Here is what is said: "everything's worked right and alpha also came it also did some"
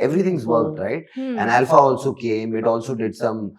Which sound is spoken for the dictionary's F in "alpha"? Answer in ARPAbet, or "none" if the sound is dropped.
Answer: F